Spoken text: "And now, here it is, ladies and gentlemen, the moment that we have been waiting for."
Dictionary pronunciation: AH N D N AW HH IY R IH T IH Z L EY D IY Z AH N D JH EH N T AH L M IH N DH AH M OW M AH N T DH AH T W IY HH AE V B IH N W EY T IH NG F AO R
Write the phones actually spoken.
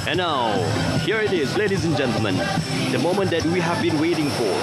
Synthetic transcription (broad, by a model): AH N N AW HH IY R IH T IH Z L EY D IY Z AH N JH EH N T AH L M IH N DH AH M OW M AH N T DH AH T W IY HH AE V B IH N W EY T IH NG F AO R